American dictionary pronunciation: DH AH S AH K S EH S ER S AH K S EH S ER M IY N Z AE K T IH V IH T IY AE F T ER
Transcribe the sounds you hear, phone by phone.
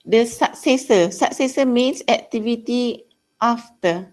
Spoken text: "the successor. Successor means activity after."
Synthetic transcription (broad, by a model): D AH S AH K S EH S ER S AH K S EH S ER M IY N S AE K T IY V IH T IY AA F T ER